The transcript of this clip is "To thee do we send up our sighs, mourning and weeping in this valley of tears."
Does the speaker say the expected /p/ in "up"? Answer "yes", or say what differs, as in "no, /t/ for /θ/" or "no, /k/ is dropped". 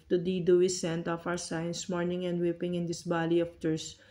no, /f/ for /p/